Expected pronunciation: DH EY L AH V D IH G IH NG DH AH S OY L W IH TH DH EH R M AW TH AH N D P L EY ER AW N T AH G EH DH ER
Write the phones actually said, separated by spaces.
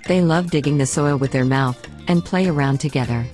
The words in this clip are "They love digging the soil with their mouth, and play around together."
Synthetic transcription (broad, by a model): DH EY L AH V D IH G IH NG DH AH S OY L W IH DH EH R M AW TH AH N P L EY ER AW N T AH G EH DH ER